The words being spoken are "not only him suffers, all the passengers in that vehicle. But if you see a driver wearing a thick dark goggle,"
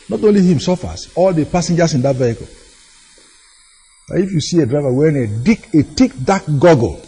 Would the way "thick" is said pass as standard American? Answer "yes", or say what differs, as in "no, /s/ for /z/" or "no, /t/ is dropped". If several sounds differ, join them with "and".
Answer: no, /t/ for /θ/